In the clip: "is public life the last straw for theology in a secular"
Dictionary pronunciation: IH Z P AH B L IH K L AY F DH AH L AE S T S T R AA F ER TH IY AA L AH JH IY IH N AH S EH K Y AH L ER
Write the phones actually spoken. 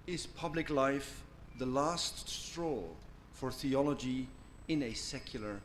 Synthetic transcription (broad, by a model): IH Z P AH B L IH K L AY F DH AH L AE S T S T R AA F ER TH IY AA L AH JH IY IH N AH S EH K Y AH L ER